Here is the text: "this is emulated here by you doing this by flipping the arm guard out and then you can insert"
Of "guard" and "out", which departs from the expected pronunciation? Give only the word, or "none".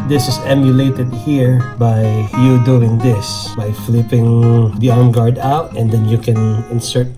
none